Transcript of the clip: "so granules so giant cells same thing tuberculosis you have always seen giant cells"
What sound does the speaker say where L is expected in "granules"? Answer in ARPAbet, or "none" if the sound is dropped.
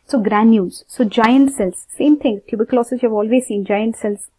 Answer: none